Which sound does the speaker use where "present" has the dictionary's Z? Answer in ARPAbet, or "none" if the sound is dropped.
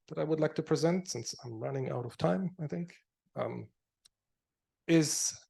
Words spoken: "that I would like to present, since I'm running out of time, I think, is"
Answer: Z